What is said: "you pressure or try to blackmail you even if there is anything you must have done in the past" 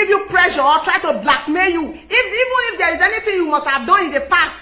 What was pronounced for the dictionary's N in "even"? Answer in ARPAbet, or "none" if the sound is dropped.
N